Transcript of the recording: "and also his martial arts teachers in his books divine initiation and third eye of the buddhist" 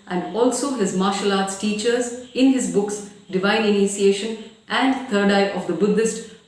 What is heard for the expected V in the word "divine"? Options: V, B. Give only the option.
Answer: V